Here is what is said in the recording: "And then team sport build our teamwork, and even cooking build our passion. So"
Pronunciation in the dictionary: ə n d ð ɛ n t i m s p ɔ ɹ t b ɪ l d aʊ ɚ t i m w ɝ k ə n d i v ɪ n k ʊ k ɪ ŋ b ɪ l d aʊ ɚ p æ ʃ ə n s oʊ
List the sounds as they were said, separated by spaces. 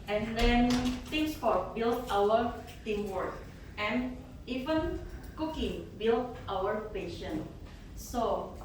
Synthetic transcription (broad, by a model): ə n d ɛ n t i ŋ s f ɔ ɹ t b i l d aʊ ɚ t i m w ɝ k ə n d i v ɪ n k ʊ k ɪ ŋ b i l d aʊ ɚ p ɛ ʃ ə n s oʊ